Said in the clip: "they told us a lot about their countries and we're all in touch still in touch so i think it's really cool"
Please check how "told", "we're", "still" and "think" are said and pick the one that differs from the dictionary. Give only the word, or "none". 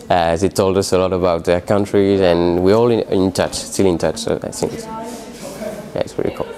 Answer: think